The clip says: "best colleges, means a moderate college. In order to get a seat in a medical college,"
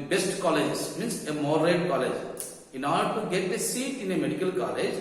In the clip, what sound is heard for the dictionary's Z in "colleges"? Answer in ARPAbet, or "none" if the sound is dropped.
S